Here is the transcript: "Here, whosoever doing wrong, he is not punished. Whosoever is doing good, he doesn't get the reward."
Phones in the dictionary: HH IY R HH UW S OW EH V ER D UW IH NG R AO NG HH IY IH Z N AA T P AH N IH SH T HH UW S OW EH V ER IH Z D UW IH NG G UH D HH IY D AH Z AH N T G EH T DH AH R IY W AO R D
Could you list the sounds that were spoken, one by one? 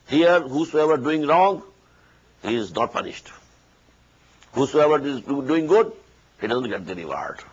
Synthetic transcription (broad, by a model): HH IY R HH UW S OW EH V ER D UW IH NG R AO NG HH IY IH Z N AA T P AH N IH SH T HH UW S OW EH V ER IH Z D UW IH NG G UH D HH IY D AH Z AH N T G EH T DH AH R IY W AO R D